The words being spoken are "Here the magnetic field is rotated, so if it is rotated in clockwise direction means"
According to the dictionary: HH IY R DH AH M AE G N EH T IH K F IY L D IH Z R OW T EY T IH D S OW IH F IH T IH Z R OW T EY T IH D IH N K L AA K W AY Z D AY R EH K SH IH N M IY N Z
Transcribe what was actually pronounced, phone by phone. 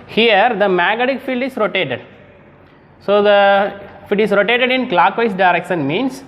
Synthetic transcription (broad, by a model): HH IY R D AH M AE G AH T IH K F IY L D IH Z R OW T EY T IH D S OW IH F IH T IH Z R OW T EY T IH D IH N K L AA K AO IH S D AY R EH K SH IH N M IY N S